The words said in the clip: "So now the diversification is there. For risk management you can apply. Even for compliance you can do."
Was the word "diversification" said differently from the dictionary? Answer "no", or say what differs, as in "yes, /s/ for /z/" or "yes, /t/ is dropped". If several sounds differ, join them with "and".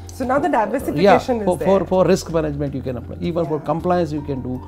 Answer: yes, /k/ is dropped